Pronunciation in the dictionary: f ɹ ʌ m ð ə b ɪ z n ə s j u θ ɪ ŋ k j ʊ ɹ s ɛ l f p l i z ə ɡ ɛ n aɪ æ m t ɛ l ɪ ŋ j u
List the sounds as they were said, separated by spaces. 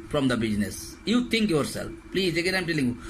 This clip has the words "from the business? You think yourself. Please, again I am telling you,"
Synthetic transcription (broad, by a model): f ɹ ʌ m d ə b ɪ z n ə s j u t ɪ ŋ k j ʊ ɹ s ɛ l f p l i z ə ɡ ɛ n aɪ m t ɛ l ɪ ŋ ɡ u